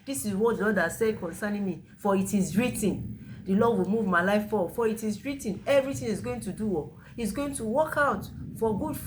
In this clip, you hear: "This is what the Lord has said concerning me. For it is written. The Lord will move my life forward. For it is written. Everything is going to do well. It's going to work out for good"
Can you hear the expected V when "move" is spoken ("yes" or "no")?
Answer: yes